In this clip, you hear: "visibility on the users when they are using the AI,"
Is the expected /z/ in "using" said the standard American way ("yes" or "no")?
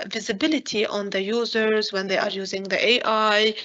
yes